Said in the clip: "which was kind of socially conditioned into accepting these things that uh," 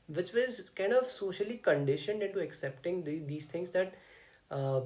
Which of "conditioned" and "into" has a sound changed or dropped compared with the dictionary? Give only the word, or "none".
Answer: none